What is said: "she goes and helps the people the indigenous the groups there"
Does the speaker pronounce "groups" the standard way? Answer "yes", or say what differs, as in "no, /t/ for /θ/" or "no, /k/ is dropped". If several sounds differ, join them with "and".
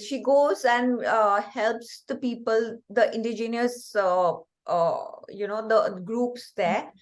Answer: yes